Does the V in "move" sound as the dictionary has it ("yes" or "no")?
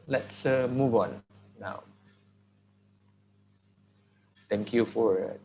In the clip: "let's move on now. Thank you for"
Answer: yes